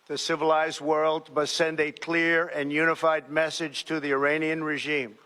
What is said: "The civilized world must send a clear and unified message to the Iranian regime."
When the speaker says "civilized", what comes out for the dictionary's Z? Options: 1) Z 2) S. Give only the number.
1